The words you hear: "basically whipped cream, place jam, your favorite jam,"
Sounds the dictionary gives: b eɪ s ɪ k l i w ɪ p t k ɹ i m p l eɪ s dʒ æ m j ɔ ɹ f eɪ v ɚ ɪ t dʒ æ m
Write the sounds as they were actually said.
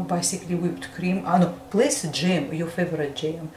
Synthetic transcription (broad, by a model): b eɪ s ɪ k l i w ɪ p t k ɹ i m p l eɪ s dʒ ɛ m j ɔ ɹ f eɪ v ɚ ɪ t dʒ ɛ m